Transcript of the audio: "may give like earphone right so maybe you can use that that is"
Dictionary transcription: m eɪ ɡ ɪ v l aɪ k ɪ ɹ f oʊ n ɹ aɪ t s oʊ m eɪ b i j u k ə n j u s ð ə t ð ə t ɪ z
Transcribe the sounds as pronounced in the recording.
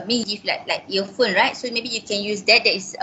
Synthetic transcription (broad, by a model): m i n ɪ f l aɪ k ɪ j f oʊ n ɹ aɪ t s oʊ m eɪ b i j u k ə n j u s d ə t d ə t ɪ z